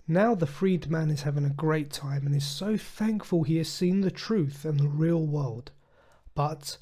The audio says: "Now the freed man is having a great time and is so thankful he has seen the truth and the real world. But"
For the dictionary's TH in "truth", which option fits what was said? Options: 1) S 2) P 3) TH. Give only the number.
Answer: 3